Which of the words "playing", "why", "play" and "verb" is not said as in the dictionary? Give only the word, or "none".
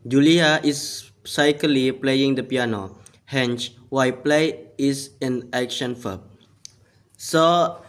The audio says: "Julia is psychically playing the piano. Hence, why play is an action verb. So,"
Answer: verb